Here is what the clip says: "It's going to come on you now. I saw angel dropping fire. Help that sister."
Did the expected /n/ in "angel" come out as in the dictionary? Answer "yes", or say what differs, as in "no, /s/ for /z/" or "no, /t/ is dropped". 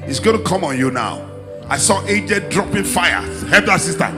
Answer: no, /n/ is dropped